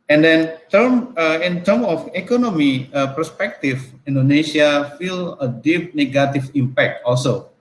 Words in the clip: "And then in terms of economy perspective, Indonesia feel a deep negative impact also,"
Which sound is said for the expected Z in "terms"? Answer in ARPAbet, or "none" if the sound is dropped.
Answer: none